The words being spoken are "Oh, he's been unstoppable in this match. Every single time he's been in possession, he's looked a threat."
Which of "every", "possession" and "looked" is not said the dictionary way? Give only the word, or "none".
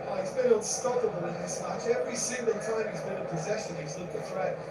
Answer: looked